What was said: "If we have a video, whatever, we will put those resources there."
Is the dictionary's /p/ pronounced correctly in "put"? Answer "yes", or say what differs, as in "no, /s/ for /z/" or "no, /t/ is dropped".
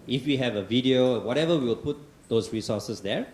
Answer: yes